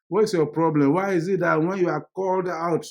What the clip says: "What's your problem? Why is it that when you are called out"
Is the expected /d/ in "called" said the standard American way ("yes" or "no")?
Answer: yes